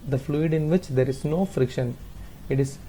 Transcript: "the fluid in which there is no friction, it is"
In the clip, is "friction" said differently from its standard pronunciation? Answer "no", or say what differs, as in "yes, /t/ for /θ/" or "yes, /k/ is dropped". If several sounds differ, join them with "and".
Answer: no